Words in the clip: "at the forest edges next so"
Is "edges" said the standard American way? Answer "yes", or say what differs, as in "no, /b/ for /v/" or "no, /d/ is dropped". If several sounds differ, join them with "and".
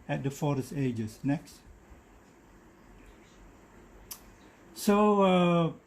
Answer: no, /s/ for /z/